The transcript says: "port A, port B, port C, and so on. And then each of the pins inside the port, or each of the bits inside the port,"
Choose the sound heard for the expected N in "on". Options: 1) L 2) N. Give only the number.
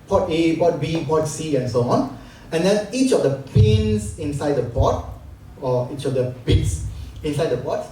2